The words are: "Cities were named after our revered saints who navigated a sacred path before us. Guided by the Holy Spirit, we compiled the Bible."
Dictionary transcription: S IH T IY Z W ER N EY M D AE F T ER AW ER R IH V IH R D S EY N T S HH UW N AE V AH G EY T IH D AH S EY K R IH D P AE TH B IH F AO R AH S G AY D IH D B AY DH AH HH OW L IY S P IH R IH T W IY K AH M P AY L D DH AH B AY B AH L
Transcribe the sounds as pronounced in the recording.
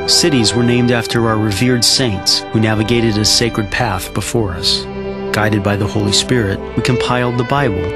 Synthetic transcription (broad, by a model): S IH T IY Z W ER N EY M D AE F T ER AW ER R IH V IH R D S EY N T S HH UW N AE V AH G EY T IH D AH S EY K R IH D P AE TH B IH F AO R AH S G AY D IH D B AY DH AH HH OW L IY S P IH R IH T W IY K AH M P AY L D DH AH B AY B L